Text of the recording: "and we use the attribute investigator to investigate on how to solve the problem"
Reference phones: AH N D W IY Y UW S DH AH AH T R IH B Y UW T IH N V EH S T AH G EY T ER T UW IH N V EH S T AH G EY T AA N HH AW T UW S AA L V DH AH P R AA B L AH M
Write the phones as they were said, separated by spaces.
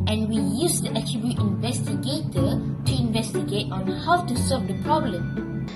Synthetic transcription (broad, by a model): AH N W IY Y UW S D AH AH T R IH B Y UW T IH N V EH S T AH G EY T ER T UW IH N V EH S T AH G EY T AA N HH AW T UW S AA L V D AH P R AA B L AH M